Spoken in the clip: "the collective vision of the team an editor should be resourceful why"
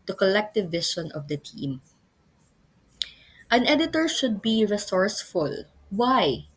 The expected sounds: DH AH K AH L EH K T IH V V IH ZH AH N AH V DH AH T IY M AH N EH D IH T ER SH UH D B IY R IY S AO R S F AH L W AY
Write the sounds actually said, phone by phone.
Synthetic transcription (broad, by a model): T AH K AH L EH K T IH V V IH SH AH N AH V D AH T IY M AH N EH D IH T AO SH UH D B IY R IY S AO R S F AH L W AY